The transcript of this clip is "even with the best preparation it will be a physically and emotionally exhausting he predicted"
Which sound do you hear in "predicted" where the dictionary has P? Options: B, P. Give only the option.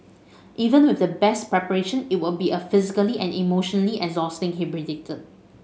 B